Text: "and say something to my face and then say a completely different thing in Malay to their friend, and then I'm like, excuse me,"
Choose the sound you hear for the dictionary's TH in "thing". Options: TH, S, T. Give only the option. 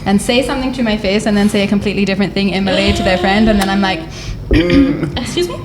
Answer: TH